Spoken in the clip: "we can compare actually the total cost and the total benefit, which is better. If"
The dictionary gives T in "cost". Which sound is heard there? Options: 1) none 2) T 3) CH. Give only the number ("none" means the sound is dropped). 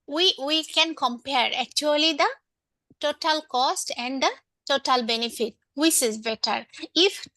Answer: 2